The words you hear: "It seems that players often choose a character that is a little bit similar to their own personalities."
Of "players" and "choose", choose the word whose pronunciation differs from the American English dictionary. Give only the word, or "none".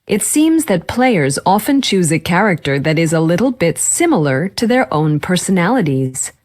none